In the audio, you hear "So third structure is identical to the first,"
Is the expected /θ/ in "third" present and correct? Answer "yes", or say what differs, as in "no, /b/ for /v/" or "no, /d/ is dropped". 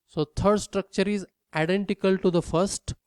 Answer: no, /t/ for /θ/